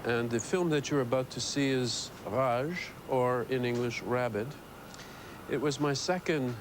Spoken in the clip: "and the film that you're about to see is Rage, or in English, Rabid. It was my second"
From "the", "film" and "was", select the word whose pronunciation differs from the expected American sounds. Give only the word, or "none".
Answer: none